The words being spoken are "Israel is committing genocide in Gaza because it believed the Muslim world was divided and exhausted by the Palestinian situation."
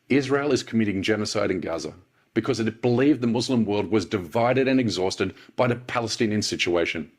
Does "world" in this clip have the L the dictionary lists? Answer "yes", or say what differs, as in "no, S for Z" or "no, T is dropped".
yes